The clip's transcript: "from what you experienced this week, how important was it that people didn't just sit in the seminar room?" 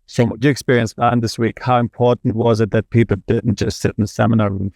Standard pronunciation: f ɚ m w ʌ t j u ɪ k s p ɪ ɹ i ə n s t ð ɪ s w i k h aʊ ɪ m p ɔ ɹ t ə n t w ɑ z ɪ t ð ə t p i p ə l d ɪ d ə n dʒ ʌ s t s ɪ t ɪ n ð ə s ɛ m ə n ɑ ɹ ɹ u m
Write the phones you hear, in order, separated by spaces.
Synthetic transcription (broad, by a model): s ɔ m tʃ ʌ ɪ k s p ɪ ɹ i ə n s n ð ɪ s w i k h aʊ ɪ m p ɔ ɹ t n t w ɑ z ɪ t ð ə t p i p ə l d ɪ d n dʒ ʌ s t s ɪ t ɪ n ð ə s ɛ m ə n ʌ ɹ ɹ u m